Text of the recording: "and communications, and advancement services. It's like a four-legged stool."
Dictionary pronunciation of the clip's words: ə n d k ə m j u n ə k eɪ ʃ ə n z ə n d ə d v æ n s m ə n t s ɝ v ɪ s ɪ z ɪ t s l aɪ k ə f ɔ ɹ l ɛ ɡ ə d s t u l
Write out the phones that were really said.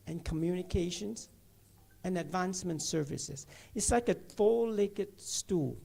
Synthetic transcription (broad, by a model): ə n k ə m j u n ə k eɪ ʃ ə n z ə n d ə d v æ n s m ə n t s ɝ v ɪ s ɪ z ɪ t s l aɪ k ə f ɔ l l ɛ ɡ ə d s t u l